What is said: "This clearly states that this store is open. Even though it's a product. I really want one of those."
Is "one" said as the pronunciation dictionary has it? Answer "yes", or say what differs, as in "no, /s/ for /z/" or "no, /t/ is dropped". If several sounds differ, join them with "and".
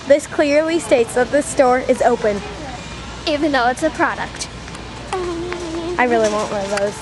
no, /n/ is dropped